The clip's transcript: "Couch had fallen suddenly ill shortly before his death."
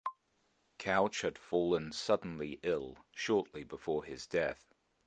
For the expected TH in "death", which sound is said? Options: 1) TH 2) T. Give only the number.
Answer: 1